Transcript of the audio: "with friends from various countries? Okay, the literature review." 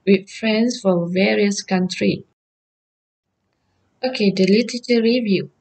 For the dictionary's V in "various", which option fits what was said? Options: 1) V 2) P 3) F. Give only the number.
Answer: 1